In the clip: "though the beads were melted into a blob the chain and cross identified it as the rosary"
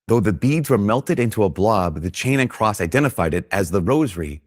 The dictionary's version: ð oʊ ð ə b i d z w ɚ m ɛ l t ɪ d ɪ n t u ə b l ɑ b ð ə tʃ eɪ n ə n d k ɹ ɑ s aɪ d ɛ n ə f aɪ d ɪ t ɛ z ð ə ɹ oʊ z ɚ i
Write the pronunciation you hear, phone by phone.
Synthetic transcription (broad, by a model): ð oʊ ð ə b i d z w ɚ m ɛ l t ɪ d ɪ n t u ə b l ɑ b ð ə tʃ eɪ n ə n k ɹ ɑ s aɪ d ɛ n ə f aɪ d ɪ t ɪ z ð ə ɹ oʊ z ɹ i